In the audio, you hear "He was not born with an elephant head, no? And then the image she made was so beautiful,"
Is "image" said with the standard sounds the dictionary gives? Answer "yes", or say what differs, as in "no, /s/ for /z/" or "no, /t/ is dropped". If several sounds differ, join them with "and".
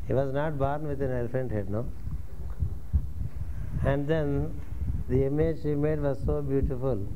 yes